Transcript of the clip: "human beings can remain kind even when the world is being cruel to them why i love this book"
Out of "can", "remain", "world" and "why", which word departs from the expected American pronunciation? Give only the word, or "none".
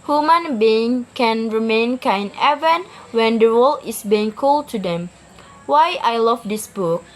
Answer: world